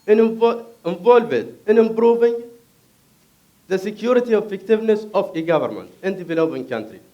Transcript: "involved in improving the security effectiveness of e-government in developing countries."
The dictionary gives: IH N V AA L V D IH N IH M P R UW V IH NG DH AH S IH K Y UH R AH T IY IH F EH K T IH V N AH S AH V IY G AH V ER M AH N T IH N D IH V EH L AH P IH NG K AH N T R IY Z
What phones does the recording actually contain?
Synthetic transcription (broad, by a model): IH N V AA L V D IH N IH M B R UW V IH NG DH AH S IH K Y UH R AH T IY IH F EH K T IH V N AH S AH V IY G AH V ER M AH N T IH N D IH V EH L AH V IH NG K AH N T R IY